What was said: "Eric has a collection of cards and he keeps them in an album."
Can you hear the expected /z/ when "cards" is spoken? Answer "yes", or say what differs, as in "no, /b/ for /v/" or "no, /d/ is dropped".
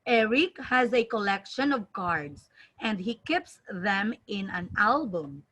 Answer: no, /s/ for /z/